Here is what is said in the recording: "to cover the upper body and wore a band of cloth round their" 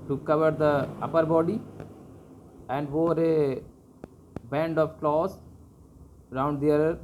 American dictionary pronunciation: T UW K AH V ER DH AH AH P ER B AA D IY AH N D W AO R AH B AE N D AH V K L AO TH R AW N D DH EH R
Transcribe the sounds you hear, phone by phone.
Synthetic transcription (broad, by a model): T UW K AH V ER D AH AH P ER B AA D IY AH N D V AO R AH B AE N D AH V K L AO S R AW N D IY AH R